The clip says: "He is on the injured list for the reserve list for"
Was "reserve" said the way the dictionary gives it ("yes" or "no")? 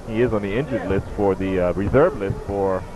yes